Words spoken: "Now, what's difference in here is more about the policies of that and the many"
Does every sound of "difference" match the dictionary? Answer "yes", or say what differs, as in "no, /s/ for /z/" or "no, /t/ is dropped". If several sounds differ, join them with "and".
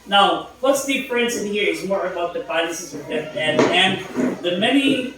no, /p/ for /f/